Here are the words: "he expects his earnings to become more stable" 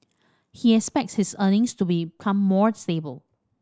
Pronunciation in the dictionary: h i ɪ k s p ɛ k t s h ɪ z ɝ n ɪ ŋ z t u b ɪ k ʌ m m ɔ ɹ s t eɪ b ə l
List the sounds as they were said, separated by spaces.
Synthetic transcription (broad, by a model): h i ɪ k s p ɛ k t s h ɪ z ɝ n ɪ ŋ s t u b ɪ k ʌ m m ɔ ɹ s t eɪ b ə l